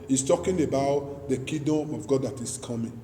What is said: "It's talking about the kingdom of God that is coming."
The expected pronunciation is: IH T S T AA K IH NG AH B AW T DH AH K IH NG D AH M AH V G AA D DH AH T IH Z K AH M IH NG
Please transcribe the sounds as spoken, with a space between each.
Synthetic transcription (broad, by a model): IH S T AA K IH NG AH B AW T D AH K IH D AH M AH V G AA D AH T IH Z K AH M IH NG